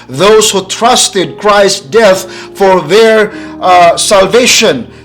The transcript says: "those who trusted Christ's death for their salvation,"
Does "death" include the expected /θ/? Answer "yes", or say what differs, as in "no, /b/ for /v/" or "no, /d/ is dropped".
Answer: yes